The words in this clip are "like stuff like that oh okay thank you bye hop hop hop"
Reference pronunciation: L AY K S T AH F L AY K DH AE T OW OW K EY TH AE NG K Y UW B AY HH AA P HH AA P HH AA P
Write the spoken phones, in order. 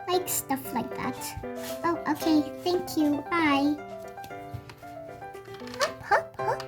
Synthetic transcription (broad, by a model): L AY K S T AH F L AY K DH AE T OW OW K EY TH AE NG K Y UW AY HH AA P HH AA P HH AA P